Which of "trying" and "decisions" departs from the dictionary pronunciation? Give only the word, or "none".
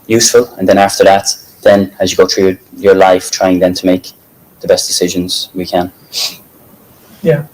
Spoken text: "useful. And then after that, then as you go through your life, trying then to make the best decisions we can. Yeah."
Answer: none